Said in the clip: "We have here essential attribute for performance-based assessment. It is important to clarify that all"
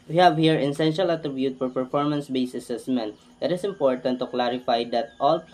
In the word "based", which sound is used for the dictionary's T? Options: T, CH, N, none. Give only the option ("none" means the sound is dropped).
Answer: none